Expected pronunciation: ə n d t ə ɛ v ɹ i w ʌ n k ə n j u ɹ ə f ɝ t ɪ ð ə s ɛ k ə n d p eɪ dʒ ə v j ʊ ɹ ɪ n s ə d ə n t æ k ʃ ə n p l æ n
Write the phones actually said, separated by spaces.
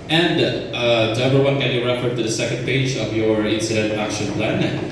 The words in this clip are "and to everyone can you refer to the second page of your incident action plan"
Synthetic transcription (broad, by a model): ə n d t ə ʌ ɹ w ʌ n k ə n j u ɹ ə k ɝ t ɪ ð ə s ɛ k ə n d p eɪ dʒ ə v j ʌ ɹ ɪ n s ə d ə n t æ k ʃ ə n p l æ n